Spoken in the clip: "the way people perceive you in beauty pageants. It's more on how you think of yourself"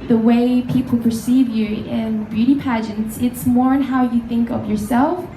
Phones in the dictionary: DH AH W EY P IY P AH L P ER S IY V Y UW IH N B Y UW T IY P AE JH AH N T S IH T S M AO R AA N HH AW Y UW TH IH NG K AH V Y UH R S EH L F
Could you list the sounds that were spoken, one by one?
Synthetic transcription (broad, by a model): DH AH W EY P IY P AH L P ER S IY V Y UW IH N B Y UW T IY P AE JH AH N T S IH T S M AO R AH N HH AW Y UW TH IH NG K AH V Y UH R S EH L F